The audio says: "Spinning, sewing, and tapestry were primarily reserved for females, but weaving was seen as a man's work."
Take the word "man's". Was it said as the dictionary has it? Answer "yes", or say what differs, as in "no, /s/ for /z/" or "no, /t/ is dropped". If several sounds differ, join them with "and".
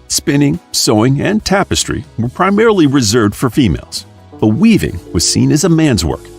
yes